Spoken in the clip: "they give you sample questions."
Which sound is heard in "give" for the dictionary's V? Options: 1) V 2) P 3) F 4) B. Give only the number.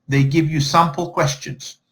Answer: 1